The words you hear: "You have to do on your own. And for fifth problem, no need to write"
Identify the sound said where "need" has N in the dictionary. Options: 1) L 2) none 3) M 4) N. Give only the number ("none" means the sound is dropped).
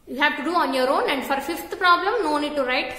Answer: 4